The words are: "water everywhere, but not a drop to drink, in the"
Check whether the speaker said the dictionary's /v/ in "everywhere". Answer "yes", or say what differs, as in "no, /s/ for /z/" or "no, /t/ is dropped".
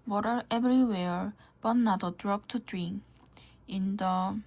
no, /b/ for /v/